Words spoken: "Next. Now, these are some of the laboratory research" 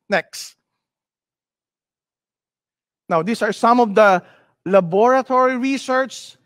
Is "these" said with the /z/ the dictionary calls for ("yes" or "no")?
no